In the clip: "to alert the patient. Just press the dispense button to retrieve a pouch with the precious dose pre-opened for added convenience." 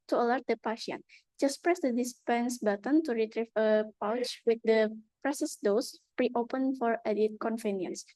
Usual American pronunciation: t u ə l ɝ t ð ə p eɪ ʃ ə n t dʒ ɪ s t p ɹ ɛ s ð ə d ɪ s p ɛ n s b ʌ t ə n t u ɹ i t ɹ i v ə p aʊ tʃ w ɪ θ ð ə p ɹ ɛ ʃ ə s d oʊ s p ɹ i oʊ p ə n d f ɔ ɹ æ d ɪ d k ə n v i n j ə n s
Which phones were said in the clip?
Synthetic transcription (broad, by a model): t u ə l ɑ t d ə p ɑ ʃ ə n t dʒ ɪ s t p ɹ ɛ s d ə d ɪ s p ɛ n s b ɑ t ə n t u ɹ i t ɹ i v ə p aʊ tʃ w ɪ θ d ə p ɹ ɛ s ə s d oʊ s p ɹ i oʊ p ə n f ɔ ɹ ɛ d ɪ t k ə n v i n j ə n s